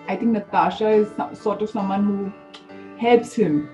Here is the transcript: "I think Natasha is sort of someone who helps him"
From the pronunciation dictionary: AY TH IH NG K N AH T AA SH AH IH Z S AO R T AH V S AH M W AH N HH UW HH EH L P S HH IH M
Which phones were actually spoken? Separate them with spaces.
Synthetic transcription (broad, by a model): AY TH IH NG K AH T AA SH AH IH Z S AO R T AH V S AH M W AH N HH UW HH EH L P S HH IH M